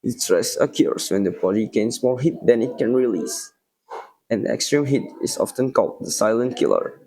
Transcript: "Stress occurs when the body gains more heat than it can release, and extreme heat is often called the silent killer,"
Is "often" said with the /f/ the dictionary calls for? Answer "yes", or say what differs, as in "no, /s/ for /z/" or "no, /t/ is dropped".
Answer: yes